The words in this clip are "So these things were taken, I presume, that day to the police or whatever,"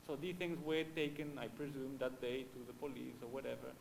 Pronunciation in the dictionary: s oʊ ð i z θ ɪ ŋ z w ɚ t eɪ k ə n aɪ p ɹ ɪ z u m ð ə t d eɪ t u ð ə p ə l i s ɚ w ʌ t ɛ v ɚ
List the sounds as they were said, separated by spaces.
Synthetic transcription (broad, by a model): s oʊ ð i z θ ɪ ŋ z w ɚ t eɪ k ə n aɪ p ɹ ɪ z u m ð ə t d eɪ t u ð ə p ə l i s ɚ w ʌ t ɛ v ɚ